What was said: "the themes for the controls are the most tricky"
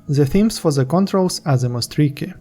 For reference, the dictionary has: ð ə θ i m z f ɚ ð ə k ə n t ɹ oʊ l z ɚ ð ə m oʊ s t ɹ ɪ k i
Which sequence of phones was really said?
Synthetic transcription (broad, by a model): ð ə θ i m s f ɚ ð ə k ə n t ɹ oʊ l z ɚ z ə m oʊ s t ɹ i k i